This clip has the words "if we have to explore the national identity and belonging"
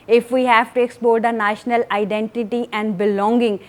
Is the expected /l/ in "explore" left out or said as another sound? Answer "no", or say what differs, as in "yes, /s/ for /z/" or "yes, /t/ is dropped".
yes, /l/ is dropped